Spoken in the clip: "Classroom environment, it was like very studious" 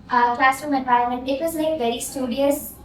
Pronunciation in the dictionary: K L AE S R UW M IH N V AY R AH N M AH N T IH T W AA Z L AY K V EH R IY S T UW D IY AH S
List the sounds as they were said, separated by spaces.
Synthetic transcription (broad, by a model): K L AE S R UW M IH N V AY AH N M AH N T IH T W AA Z L AY K V EH R IY S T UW D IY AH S